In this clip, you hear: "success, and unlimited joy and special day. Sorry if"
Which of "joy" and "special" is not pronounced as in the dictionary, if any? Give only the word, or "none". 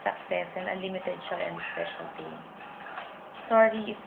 joy